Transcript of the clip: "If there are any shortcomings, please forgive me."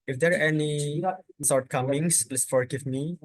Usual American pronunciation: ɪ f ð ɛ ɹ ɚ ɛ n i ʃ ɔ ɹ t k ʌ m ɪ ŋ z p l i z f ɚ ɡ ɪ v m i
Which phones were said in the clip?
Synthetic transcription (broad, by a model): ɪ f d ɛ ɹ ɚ ɛ n i s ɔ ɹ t k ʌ m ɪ ŋ s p l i s f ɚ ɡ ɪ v m i